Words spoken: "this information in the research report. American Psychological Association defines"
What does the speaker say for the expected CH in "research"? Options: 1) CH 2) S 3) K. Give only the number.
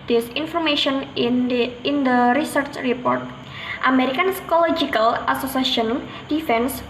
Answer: 1